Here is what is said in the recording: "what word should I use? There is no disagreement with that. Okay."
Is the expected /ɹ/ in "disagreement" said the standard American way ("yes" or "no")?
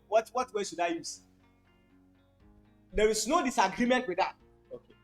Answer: yes